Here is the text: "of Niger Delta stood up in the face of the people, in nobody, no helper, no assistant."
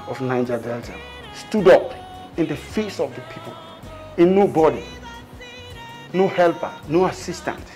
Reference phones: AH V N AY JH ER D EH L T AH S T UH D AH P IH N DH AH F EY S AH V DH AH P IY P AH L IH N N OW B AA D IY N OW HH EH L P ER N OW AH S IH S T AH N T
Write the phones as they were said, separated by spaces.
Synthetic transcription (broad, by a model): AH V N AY JH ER D EH L T AH S T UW D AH P IH N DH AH F EY S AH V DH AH P IY P AH L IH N N OW B AA D IY N OW HH EH L P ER N OW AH S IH S T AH N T